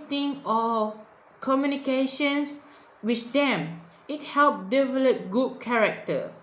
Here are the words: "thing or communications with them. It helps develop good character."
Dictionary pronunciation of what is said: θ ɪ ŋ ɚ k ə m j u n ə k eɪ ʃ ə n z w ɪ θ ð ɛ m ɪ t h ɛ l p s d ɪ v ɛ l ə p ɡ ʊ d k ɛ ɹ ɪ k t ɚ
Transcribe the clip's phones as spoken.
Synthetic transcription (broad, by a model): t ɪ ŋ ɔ k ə m j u n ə k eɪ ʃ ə n s w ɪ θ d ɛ m ɪ t h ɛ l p d ɪ v ɛ l ə p ɡ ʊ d k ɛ ɹ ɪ k t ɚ